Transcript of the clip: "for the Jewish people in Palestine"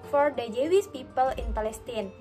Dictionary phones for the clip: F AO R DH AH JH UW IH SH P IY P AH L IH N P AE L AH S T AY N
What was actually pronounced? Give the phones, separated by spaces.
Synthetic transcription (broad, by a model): F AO R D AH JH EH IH S P IY P AH L IH N P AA L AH S T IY N